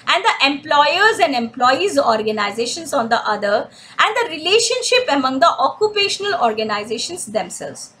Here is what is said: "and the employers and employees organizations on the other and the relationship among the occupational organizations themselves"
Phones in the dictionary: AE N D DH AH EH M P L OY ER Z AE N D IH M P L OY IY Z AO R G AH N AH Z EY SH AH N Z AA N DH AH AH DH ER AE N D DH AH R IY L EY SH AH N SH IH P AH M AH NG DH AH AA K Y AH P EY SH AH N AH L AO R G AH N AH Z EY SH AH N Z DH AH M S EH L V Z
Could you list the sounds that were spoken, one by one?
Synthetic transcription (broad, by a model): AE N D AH EH M P L OY ER Z AE N D IH M P L OY IY Z AO R G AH N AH Z EY SH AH N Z AA N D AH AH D ER AE N D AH R IY L EY SH AH N SH IH P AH M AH NG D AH AA K Y AH P EY SH AH N AH L AO R G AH N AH Z EY SH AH N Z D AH M S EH L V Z